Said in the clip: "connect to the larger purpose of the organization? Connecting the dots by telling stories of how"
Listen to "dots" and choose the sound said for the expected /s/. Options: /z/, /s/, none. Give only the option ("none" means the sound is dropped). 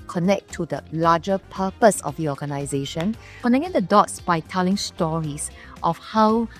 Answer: /s/